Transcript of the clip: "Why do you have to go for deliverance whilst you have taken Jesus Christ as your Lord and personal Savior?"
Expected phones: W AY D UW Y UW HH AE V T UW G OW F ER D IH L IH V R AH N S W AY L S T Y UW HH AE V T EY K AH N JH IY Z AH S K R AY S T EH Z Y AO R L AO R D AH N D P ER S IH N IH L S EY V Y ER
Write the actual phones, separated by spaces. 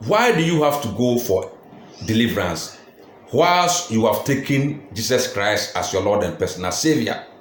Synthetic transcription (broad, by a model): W AY D UW Y UW HH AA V T UW G OW F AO D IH L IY V R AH N S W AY L S Y UW HH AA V T EY K AH N JH IY S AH S K R AY S T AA S Y AO L AO D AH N P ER S N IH S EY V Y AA